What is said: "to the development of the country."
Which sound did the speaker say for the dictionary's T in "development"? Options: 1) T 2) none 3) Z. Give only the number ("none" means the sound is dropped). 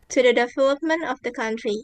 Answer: 1